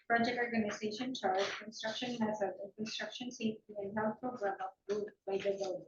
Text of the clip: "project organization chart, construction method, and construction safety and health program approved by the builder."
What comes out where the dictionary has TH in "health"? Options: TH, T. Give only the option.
T